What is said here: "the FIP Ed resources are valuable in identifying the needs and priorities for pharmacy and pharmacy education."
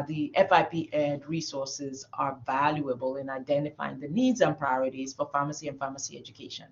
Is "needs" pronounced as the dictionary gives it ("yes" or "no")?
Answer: yes